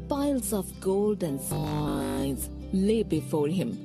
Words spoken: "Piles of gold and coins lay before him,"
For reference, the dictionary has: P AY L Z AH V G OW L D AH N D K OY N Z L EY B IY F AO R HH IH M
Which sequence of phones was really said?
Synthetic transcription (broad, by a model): P AY L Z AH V G OW L D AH N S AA Z L EY B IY F AO R HH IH M